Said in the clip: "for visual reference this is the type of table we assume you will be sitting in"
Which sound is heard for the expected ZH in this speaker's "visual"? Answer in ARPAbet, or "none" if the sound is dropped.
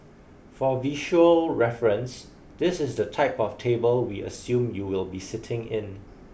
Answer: SH